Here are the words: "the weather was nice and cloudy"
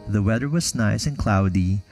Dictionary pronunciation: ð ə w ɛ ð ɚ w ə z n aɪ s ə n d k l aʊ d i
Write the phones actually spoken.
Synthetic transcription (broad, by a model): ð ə w ɛ ð ɚ w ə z n aɪ s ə n k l aʊ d i